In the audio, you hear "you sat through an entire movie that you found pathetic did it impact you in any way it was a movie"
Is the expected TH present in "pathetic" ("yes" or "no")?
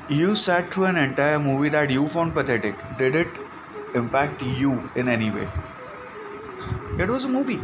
no